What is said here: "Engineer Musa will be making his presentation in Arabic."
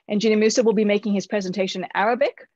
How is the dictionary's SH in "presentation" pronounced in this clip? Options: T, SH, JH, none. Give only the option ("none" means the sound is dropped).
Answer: none